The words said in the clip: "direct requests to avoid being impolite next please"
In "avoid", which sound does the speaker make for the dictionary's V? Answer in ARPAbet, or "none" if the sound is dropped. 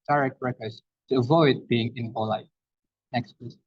V